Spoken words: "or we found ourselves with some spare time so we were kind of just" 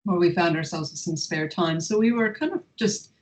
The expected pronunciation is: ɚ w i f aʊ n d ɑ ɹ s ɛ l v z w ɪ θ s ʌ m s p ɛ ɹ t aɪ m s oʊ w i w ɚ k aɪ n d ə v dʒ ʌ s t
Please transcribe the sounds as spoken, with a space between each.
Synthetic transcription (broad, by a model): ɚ w i f aʊ n d ɑ ɹ s ɛ l v z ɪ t s ʌ m s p ɛ ɹ t aɪ m s oʊ w i w ɚ k aɪ n d ə v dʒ ʌ s t